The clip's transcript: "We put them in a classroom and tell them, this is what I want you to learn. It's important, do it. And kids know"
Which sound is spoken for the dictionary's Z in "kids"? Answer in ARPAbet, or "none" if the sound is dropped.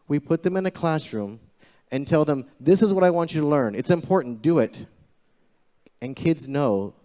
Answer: Z